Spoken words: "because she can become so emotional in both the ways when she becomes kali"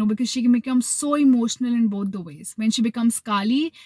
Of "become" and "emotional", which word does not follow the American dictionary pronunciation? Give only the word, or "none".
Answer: none